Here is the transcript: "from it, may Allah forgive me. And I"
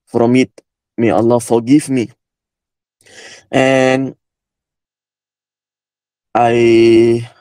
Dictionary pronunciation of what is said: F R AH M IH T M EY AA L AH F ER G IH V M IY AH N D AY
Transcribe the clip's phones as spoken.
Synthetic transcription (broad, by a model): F R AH M IH T M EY AA L AH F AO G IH F M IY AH N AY